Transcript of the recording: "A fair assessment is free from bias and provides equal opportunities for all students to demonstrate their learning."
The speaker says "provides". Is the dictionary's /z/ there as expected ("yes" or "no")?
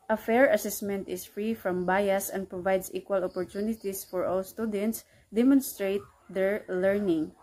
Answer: no